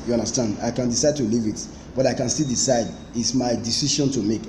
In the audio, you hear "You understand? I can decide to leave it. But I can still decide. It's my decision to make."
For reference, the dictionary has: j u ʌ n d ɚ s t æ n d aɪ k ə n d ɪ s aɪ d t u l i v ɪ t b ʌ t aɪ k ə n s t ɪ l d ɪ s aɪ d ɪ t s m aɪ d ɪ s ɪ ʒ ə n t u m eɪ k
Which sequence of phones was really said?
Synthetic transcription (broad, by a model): j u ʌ n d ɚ s t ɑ n d aɪ k ə n d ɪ s aɪ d t u l i v ɪ t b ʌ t aɪ k ə n s t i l d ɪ s aɪ d ɪ t s m aɪ d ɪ s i ʃ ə n t u m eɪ k